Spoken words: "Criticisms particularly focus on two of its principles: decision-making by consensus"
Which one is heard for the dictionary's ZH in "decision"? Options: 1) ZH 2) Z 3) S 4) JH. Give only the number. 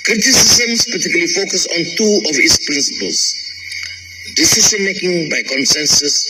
3